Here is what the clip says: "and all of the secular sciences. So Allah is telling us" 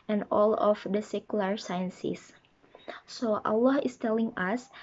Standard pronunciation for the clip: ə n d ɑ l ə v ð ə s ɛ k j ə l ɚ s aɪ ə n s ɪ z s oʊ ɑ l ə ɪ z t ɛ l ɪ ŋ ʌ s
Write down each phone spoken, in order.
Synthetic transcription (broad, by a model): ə n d ɑ l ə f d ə s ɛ k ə l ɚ s aɪ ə n s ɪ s s oʊ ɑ l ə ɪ s t ɛ l ɪ ŋ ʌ s